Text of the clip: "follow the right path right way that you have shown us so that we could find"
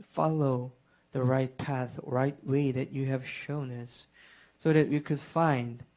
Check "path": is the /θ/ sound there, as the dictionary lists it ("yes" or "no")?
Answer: yes